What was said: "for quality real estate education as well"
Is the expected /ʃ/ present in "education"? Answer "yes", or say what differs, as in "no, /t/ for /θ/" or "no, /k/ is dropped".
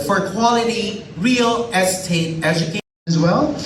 no, /ʃ/ is dropped